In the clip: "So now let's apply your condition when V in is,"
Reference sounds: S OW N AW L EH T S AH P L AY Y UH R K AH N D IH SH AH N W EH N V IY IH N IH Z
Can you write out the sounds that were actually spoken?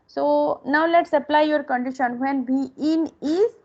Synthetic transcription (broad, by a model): S OW N AW L EH T S AH P L AY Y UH R K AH N D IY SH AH N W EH N B IY IH N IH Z